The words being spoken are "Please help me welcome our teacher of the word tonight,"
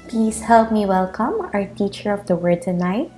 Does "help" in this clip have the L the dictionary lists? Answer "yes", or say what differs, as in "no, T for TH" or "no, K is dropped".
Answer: yes